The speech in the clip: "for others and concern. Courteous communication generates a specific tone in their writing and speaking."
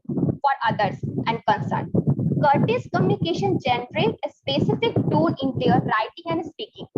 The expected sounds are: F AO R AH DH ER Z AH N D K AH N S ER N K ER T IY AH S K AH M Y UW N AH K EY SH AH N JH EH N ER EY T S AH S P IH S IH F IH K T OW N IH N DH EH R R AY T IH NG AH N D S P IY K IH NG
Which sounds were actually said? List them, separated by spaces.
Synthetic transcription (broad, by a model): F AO R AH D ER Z AH N D K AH N S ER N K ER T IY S K AH M Y UW N AH K EY SH AH N JH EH N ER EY T AH S P IH S IH F IH K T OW L IH N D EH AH R AY T IH NG AH N D S P IY K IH NG